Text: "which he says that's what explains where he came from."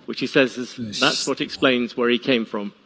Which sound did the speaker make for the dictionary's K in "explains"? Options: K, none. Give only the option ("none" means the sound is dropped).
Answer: K